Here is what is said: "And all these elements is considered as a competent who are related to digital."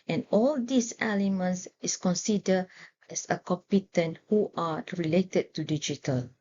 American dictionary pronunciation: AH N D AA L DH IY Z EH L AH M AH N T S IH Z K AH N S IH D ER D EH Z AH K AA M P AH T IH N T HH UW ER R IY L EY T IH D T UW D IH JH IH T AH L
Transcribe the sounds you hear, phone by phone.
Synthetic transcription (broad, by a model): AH N AA L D IY S EH L AH M AH N T S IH S K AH N S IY D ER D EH S AH K AA M P AH T IH N T HH UW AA R IY L EY T IH D T UW D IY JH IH T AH L